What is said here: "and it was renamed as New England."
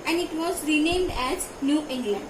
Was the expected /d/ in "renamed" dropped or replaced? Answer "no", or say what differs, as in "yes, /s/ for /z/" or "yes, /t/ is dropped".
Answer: no